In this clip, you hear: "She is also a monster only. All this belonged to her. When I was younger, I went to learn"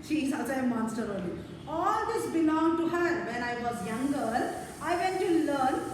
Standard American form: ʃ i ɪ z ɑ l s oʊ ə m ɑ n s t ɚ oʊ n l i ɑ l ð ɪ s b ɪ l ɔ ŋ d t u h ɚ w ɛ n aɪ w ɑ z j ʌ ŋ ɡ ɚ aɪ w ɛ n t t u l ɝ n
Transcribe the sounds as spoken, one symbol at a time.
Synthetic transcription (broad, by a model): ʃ i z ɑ s ə m ɑ n s t ɚ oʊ l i ɑ l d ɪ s b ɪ l ɔ ŋ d t u h ɚ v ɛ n aɪ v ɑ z j ʌ ŋ ɡ ɚ aɪ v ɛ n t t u l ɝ n